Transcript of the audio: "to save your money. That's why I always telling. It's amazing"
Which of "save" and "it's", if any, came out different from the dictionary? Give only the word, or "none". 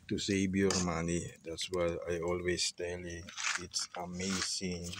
save